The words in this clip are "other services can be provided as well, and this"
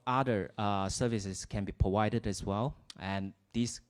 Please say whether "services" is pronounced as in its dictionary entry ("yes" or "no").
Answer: no